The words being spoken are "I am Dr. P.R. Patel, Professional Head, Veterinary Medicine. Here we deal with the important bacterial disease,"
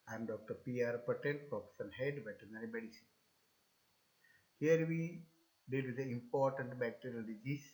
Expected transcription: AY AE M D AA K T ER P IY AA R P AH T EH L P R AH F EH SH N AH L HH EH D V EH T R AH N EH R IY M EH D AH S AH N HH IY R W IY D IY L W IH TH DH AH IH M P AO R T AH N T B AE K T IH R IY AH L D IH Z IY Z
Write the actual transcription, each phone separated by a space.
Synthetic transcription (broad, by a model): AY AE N D AA K T ER P IY AA R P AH T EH N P R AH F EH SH AH N HH EH D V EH T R N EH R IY M EH D AH S AH N HH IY R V IY D IY L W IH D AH IH M P AO R T AH N T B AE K T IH R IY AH L D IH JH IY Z